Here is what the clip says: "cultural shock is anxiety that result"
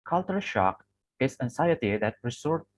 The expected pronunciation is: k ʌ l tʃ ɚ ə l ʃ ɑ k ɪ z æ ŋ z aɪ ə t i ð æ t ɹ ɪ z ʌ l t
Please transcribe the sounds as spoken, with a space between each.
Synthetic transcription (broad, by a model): k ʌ l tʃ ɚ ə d ʃ ɑ k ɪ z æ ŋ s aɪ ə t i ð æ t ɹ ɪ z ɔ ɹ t